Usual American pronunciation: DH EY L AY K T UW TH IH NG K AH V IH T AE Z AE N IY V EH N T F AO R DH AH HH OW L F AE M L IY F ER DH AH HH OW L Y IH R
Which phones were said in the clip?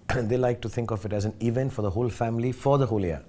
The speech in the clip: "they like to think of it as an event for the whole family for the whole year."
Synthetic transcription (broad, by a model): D EY L AY K T UW T IH NG K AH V IH T AE Z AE N IY V EH N T F AO R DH AH HH OW L F AE M L IY F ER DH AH HH OW L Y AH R